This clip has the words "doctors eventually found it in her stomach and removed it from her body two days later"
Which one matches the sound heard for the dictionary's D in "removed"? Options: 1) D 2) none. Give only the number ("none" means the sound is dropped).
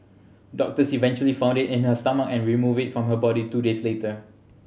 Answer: 2